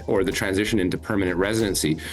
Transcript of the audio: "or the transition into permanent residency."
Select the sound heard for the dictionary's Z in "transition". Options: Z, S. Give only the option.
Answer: Z